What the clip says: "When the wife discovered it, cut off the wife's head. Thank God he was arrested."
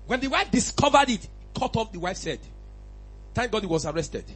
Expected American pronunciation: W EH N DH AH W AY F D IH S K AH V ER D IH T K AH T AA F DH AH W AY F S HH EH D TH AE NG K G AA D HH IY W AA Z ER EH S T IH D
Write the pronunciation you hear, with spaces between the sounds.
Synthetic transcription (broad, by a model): W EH N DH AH W AY F D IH S K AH V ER D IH T K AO T AA F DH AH W AY F S EH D T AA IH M G AA D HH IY W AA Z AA EH S T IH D